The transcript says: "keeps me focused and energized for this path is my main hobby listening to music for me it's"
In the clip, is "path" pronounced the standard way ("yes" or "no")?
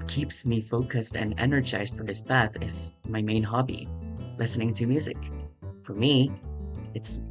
no